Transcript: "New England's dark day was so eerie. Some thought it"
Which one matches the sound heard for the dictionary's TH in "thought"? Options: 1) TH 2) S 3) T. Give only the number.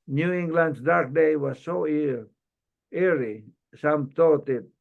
3